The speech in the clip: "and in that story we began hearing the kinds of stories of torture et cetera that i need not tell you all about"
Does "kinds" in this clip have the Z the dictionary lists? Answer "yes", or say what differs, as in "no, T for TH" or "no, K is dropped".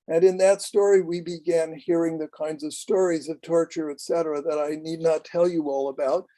yes